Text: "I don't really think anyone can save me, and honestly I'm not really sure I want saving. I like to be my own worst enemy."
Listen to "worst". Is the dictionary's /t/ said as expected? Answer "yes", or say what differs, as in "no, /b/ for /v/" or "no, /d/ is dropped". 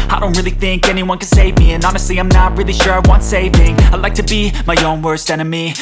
yes